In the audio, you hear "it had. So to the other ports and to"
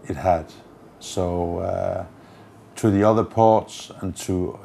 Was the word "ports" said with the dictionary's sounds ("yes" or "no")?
yes